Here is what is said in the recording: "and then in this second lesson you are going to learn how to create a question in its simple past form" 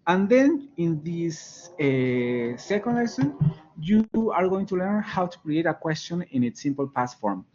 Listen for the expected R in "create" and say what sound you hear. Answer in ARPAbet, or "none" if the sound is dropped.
R